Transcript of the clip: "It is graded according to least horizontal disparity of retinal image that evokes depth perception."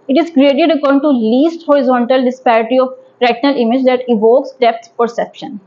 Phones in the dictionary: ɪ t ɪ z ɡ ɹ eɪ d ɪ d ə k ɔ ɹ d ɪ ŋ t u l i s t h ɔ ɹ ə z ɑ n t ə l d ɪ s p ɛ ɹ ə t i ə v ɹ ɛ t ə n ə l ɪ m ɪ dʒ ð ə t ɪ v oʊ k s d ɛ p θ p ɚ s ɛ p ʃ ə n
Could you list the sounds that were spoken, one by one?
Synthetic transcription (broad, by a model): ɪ t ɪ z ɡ ɹ eɪ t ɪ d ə k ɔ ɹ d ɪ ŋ t u l i s t h ɔ ɹ ə z ɑ n t ə l d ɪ s p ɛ ɹ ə t i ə p ɹ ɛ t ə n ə l ɪ m ɪ dʒ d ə t ɪ v oʊ k s d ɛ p s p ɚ s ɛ p ʃ ə n